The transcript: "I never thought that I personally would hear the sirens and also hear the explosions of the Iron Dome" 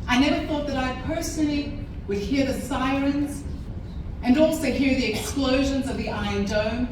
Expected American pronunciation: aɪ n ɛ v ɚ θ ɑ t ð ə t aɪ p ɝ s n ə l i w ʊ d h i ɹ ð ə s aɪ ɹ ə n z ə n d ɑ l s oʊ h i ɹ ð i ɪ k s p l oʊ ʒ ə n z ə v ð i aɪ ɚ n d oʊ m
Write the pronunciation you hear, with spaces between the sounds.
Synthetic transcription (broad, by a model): aɪ n ɛ v ɚ θ ɑ t ð ə t aɪ p ɝ s n l i w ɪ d h i ɹ ð ə s aɪ ɹ ə n z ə n ɑ l s oʊ h i ɹ ð i ɪ k s p l oʊ ʒ ə n z ə v ð i aɪ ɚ n d oʊ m